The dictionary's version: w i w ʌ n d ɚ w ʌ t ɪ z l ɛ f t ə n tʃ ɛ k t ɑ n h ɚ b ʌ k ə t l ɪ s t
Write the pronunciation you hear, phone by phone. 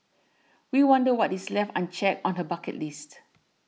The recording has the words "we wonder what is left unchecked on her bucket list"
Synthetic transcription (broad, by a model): w i w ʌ n d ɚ w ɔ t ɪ s l ɛ f t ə n tʃ ɛ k ɑ n h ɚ b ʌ k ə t l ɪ s t